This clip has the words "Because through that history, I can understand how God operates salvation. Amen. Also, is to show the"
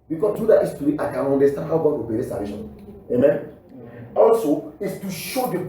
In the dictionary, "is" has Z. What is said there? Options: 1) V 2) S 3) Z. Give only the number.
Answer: 2